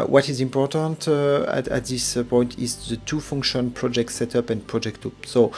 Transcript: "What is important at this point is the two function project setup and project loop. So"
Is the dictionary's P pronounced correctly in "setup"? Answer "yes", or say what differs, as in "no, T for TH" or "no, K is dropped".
yes